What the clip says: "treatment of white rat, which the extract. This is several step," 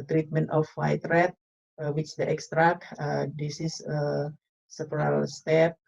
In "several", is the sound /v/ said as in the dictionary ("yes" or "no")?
no